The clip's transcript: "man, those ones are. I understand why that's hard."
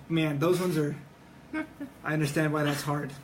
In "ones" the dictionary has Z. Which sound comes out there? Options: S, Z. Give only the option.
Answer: Z